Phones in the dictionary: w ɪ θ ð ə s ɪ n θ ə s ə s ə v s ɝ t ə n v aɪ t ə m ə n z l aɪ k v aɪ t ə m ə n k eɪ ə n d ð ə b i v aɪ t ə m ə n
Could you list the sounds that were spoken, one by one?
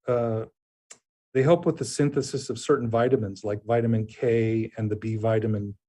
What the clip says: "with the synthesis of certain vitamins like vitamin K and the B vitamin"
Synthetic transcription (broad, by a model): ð ɪ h ð ə s ɪ n θ ə s ə s ə v s ɝ t n v aɪ t ə m ə n z l aɪ k v aɪ t ə m ə n k eɪ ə n ð ə b i v aɪ t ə m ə n